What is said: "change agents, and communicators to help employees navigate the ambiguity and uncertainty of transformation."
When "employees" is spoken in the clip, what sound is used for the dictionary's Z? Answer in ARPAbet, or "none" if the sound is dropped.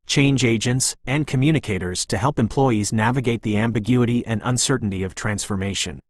Z